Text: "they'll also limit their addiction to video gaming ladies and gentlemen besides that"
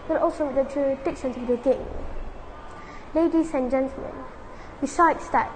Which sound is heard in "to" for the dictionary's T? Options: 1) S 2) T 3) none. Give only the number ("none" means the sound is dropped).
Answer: 1